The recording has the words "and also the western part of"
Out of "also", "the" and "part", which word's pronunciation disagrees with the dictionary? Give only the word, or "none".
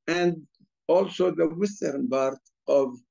part